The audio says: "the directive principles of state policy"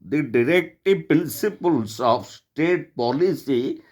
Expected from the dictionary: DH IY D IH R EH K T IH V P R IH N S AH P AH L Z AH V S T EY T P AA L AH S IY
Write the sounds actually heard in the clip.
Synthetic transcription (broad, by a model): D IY D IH R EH K T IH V P R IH N S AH P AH L S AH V S T EY T P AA L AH S IY